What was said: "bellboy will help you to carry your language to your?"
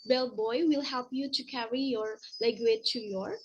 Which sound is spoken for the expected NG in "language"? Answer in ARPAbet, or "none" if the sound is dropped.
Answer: none